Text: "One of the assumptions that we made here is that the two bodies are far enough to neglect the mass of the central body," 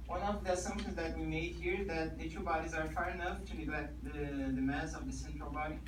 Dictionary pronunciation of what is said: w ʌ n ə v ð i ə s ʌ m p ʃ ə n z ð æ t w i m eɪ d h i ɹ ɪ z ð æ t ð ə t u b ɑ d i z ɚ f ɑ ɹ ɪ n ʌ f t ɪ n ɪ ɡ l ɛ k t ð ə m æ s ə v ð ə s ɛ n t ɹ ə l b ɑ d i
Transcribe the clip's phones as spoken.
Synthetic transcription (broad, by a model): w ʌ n ə v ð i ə s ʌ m ʃ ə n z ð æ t w i m eɪ d h i ɹ ð æ t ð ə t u b ɑ d i z ɚ f ɑ ɹ ɪ n ʌ f t ɪ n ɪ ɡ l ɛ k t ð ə m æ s ə v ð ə s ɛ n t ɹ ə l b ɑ d i